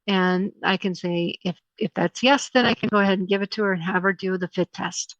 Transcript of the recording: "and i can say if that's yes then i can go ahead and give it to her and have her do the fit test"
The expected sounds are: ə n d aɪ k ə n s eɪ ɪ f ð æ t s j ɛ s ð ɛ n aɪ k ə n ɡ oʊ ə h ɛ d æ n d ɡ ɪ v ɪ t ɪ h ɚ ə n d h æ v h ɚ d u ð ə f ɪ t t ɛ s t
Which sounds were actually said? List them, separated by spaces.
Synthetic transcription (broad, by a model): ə n aɪ k ə n s eɪ ɪ f ð æ t s j ɛ s ð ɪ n aɪ k ə n ɡ oʊ ə h ɛ d n ɡ ɪ v ɪ t ɪ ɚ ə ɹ h æ v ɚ d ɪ ð ə f ɪ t t ɛ s t